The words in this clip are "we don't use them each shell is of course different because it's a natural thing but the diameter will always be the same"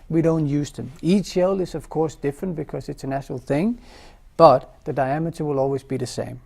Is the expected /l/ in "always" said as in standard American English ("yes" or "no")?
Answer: yes